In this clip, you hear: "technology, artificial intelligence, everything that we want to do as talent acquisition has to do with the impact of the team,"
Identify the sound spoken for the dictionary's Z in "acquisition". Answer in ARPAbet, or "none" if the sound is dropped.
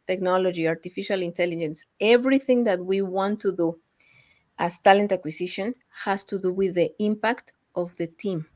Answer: S